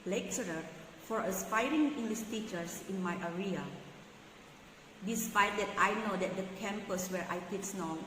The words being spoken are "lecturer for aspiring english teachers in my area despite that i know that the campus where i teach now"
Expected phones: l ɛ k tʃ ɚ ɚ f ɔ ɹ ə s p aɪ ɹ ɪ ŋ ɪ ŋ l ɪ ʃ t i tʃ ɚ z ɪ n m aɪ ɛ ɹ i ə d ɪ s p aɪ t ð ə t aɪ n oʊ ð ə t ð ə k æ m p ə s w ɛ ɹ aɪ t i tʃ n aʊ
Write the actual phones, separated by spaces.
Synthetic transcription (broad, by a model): l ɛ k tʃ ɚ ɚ f ɔ ɹ ə s p aɪ ɹ ɪ ŋ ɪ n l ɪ s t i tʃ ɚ s ɪ n m aɪ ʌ ɹ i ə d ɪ s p aɪ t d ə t aɪ n oʊ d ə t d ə k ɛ m p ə s w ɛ ɹ aɪ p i s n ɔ